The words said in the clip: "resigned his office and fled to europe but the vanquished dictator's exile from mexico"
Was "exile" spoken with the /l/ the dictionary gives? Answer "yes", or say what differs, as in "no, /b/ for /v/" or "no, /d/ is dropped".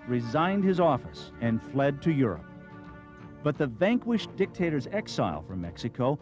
yes